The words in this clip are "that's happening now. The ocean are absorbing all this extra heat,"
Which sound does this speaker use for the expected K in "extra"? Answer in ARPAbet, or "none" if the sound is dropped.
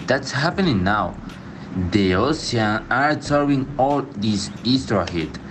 none